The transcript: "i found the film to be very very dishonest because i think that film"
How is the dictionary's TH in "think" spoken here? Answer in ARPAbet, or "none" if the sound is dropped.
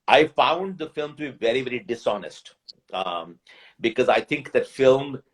T